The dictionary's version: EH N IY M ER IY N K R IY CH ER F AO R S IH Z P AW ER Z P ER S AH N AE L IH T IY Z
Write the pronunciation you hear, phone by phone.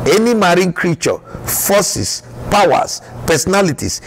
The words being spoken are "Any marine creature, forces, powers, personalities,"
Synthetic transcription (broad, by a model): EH N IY M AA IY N K R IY CH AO F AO S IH S P AW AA S P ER S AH N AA L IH T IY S